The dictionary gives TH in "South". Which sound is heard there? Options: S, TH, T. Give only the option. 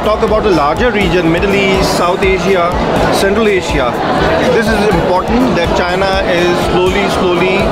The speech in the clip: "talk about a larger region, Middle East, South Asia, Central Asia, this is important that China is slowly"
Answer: T